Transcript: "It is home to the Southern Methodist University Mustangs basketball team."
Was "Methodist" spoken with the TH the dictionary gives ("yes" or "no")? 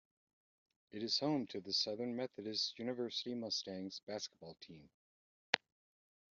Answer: yes